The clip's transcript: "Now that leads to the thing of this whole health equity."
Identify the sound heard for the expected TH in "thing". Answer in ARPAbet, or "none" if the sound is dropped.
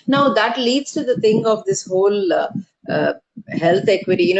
T